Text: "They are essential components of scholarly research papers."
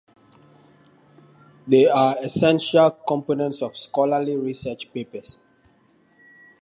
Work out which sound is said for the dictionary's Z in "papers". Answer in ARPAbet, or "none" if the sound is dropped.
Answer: S